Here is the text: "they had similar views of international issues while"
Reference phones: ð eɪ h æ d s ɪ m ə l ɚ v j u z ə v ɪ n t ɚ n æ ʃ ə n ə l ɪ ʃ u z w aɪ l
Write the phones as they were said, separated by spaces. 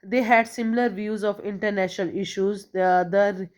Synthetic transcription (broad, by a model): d eɪ h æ d s ɪ m ə l ɚ v j u z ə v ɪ n t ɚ n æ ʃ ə n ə l ɪ ʃ u z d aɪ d